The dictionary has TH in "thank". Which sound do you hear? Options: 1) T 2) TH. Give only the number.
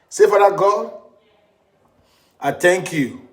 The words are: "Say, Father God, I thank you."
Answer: 1